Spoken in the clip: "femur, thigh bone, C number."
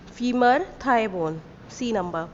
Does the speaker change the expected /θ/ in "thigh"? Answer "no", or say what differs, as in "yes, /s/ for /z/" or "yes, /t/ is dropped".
yes, /t/ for /θ/